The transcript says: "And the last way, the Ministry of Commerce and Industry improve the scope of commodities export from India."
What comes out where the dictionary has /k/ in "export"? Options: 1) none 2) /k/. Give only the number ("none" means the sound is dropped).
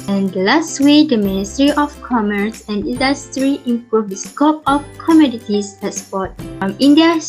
1